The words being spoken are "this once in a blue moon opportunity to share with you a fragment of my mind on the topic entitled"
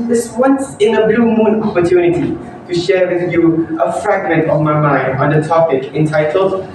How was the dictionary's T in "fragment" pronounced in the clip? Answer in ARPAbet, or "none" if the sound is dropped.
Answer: T